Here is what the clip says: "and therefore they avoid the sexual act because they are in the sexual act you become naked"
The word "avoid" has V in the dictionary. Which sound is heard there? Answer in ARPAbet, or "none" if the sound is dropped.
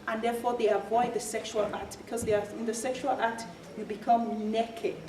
V